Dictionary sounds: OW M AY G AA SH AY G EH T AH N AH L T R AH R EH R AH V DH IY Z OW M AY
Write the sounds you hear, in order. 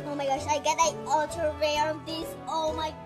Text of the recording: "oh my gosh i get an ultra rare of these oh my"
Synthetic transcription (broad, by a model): OW M AY G AA SH AY G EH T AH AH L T AH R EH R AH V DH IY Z OW M AY